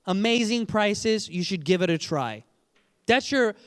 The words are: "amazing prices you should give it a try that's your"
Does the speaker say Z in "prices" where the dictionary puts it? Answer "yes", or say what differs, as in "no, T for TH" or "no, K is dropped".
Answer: yes